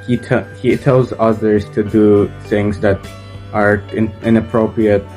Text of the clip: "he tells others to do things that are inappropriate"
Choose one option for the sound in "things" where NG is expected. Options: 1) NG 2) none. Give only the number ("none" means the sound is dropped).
1